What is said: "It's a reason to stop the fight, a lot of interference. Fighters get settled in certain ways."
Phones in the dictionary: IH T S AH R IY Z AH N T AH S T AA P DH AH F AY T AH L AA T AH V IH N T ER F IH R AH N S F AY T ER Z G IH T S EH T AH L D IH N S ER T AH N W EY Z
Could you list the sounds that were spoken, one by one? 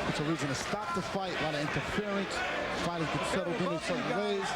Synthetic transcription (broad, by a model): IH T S AH R IY Z AH N T AH S T AA P DH AH F AY T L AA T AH IH N T ER F IH R AH N S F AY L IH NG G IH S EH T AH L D IH N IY S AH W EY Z